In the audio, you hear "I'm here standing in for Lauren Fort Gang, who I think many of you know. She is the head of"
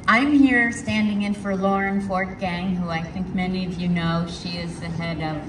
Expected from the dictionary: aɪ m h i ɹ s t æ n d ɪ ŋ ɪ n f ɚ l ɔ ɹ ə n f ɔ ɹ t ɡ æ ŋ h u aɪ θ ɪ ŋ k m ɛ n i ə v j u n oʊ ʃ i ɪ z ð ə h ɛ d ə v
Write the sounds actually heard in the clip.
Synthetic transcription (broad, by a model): aɪ m h i ɹ s t æ n d ɪ ŋ ɪ n f ɚ l ɔ ɹ ə n f ɔ ɹ t ɡ æ ŋ h u aɪ θ ɪ ŋ k m ɛ n i ə v j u n oʊ ʃ i ɪ z ð ə h ɛ d ə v